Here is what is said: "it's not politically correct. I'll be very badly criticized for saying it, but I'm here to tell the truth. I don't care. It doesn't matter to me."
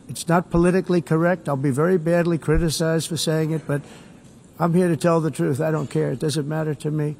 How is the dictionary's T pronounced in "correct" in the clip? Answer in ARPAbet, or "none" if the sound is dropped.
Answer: T